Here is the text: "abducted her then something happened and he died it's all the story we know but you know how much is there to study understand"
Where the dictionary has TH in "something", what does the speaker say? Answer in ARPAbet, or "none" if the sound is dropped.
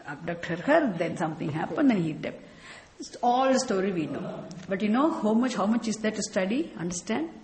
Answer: T